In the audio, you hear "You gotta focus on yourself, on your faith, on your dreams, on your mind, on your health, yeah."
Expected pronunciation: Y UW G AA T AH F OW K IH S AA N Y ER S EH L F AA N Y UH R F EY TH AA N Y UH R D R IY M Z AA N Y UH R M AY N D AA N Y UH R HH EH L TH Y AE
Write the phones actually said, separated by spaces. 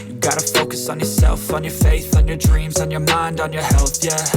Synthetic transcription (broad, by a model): Y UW G AA T AH F OW K IH S N Y ER S EH L F N Y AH R F EY TH N Y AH R D R IY M Z N Y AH R M AY N D N Y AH R HH EH L TH Y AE